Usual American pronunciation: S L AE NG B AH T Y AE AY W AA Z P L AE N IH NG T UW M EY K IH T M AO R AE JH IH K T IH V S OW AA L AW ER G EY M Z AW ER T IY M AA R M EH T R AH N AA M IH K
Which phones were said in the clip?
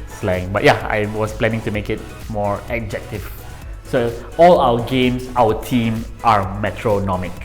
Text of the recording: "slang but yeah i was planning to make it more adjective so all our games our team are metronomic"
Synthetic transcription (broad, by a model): S L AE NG B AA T Y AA AY W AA S P L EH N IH NG T UW M EY K IH T M AO R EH JH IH K T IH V S OW AA L AW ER G EY M S AW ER T IY M AA R M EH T R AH N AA M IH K